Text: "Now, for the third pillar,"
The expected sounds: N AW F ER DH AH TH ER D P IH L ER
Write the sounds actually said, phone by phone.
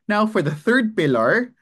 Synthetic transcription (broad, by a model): N AW F ER DH AH TH ER D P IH L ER